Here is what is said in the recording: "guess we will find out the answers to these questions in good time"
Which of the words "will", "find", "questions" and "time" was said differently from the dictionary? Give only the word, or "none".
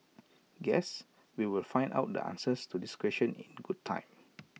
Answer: questions